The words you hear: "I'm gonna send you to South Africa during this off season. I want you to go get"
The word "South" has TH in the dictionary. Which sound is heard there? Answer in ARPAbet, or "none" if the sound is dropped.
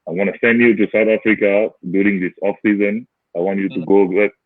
T